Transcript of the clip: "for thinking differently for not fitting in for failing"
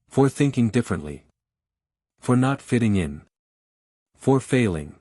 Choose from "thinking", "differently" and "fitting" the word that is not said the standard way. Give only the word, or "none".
none